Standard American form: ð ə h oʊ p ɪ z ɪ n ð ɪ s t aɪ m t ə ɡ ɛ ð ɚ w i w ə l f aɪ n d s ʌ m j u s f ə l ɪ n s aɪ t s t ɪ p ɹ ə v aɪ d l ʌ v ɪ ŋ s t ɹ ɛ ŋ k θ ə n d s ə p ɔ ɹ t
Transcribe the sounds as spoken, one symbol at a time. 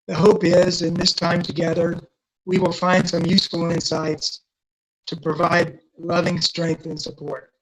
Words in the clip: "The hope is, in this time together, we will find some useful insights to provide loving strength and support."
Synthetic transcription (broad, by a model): ð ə h oʊ p ɪ z ɪ n ð ɪ s t aɪ m t ə ɡ ɛ ð ɚ w i w ə l f aɪ n d s ʌ m j u s f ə l ɪ n s aɪ t s t ɪ p ɹ ə v aɪ d l ʌ v ɪ ŋ s t ɹ ɛ ŋ k θ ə n s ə p ɔ ɹ t